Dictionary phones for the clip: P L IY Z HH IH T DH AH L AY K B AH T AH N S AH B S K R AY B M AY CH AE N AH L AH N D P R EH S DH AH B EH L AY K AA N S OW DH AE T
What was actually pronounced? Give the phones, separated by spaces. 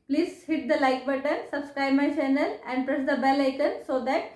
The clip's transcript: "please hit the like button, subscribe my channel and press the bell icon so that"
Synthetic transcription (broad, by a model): P L IY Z HH IH T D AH L AY K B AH T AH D S AH B S K R AY B M AY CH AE N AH L AH N D P R EH S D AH B EH L AY K AA N S OW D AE T